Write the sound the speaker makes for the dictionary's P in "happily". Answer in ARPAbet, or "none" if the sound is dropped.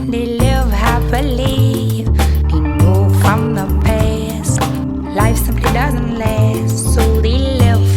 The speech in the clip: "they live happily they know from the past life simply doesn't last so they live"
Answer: B